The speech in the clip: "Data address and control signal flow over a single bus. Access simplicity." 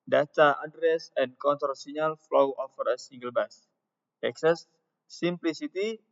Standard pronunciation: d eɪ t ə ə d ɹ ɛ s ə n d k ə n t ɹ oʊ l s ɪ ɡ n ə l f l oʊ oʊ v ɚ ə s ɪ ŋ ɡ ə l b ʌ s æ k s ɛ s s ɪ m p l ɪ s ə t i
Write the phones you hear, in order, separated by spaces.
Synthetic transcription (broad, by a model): d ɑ t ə ə d ɹ ɛ s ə n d k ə n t oʊ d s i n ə l f l oʊ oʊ f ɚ ə s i ŋ ɡ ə l b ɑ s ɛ k s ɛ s s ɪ m p l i s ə t i